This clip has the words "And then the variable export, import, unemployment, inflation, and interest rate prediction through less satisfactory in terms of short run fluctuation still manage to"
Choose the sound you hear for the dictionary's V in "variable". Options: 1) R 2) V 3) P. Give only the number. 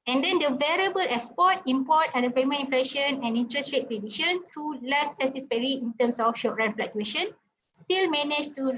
2